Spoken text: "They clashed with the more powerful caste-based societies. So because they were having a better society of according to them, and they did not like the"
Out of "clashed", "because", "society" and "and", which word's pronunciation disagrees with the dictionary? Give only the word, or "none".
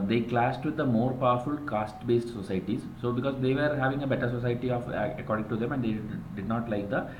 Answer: clashed